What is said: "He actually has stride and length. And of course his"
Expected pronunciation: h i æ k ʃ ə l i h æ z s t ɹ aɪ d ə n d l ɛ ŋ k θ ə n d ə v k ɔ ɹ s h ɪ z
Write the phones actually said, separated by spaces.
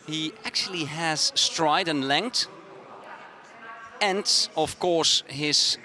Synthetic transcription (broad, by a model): h i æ k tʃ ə l i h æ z s t ɹ aɪ d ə n l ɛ ŋ k t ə n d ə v k ɔ ɹ s h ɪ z